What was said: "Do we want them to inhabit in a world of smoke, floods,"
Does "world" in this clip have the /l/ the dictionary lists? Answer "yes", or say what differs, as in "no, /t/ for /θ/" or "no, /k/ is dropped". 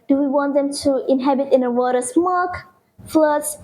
no, /l/ is dropped